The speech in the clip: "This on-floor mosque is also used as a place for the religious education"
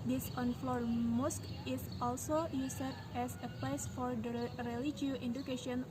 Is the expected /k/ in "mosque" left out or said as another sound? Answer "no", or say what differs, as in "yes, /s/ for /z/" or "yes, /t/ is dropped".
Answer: no